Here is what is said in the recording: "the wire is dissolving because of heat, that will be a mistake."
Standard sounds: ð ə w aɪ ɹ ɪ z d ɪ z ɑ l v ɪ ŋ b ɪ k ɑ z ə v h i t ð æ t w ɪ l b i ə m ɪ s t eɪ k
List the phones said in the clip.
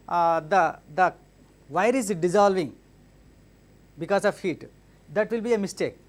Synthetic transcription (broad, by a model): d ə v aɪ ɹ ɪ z d ɪ z ɑ l v ɪ ŋ b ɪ k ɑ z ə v h i t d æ t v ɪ l b i ə m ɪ s t eɪ k